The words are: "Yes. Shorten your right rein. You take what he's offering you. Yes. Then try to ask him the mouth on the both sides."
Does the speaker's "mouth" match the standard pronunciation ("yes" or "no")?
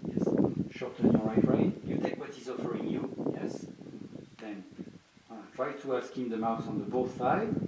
no